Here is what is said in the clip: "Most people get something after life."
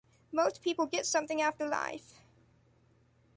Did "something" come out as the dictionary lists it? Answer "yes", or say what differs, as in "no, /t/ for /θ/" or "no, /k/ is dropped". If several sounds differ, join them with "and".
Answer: yes